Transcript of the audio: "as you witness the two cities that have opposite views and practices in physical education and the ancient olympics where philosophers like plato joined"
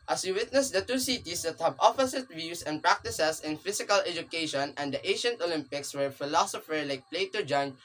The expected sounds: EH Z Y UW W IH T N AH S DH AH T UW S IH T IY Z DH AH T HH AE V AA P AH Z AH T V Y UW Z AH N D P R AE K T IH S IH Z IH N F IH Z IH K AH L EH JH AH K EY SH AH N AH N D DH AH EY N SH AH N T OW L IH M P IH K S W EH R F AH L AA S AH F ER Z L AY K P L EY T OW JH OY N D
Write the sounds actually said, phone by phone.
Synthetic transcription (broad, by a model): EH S Y UW W IH T N AH S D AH T UW S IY T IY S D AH T HH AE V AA F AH S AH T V Y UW S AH N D P R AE K T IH S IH S IH N F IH S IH K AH L EH JH AH K EY SH AH N AH N D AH EY SH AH N T OW L IH M P IH K S W EH R F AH L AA S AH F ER L AY K P L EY T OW JH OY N